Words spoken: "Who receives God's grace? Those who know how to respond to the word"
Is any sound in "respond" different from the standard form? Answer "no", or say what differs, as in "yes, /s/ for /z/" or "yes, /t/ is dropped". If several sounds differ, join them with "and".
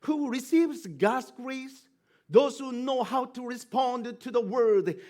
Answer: no